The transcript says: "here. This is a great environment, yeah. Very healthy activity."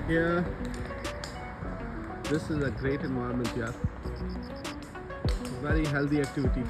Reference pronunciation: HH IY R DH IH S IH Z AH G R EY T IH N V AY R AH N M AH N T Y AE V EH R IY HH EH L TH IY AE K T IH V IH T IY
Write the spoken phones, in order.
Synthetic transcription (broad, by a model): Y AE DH IH S IH Z AH G R EY T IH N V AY AH M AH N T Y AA V EH R IY HH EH L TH IY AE K T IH V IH T IY